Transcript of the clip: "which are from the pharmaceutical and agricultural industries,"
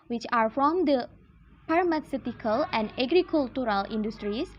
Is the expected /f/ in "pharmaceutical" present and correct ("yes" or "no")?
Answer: no